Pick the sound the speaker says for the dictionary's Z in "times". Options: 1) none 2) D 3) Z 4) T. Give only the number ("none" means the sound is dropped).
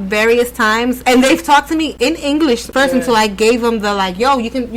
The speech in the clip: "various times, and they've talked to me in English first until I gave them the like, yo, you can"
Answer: 3